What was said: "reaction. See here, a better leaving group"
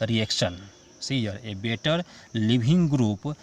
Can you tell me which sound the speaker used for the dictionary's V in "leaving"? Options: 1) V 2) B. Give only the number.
2